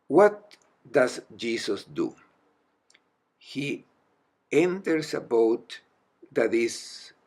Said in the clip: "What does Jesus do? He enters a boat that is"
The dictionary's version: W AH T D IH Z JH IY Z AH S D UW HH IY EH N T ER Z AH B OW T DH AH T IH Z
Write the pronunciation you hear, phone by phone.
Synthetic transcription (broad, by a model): W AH T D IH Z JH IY S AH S D UW HH IY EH N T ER S AH B OW T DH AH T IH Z